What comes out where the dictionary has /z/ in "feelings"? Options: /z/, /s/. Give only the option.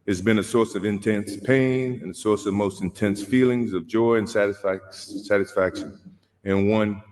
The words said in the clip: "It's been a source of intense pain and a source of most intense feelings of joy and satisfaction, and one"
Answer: /z/